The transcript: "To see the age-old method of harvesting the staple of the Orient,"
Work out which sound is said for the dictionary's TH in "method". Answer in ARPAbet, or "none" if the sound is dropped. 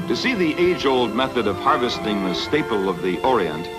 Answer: TH